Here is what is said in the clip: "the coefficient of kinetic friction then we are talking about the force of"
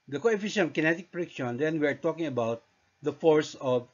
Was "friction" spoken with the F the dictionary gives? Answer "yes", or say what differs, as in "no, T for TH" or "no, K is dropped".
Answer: no, P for F